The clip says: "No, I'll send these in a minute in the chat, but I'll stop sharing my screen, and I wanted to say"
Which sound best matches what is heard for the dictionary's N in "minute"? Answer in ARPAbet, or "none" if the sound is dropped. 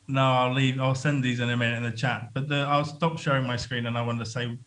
none